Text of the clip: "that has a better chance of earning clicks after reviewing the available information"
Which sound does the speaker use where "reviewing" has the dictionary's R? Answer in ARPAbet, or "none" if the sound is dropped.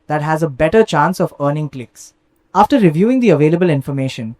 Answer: R